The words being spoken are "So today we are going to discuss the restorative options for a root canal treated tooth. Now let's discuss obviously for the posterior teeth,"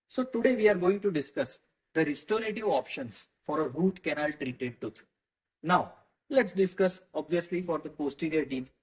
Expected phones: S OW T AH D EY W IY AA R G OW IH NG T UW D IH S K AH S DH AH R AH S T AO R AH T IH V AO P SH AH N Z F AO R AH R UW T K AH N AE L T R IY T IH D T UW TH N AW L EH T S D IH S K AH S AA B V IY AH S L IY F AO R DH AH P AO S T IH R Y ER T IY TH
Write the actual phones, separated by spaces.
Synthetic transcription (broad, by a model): S OW T AH D EY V IY AA R G OW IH NG T UW D IH S K AH S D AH R AH S T AO R AH T IH V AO P SH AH N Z F AO R AH R UW T K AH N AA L T R IY T IH D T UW T N AW L EH T S D IH S K AH S AA B V IY AH S L IY F AO R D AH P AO S T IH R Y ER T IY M